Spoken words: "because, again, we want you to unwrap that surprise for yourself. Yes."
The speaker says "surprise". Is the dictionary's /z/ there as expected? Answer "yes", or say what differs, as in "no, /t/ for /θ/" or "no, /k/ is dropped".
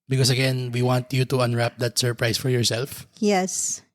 no, /s/ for /z/